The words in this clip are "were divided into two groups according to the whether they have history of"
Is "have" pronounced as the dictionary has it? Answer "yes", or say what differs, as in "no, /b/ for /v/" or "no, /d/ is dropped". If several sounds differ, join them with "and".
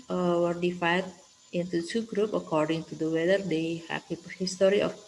no, /p/ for /v/